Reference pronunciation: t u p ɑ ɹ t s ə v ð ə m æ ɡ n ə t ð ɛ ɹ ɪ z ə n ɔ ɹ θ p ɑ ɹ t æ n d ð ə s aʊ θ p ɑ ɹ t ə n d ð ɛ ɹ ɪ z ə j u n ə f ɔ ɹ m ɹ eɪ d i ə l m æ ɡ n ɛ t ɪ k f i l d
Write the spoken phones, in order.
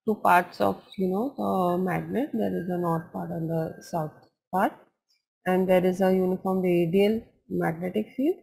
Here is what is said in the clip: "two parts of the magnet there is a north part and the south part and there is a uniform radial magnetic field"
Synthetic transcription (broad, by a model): t u p ɑ ɹ t s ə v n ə m æ ɡ n ə t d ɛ ɹ ɪ z ə n ɔ ɹ t p ɑ ɹ t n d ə s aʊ t p ɑ ɹ t ə n d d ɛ ɹ ɪ z ə j u n ə f ɔ ɹ m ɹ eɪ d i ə l m æ ɡ n ɛ t ɪ k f i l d